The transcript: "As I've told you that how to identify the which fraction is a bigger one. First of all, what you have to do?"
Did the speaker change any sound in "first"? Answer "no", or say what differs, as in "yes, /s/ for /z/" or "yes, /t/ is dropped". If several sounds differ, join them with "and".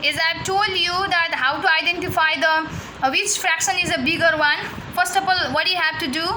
no